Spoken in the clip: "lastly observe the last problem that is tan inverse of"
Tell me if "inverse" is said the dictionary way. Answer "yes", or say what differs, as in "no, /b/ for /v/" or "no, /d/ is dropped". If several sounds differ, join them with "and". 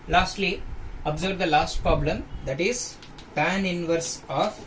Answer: yes